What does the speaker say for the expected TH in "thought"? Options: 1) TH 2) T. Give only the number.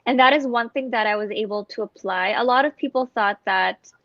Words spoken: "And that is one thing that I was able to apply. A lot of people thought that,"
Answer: 1